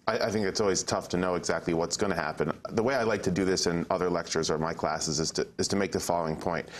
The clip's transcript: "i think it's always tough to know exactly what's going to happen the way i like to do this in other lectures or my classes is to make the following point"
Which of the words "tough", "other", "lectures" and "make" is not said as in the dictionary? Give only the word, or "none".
none